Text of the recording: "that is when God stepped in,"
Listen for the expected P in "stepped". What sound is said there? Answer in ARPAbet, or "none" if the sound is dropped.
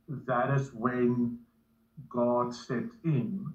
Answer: none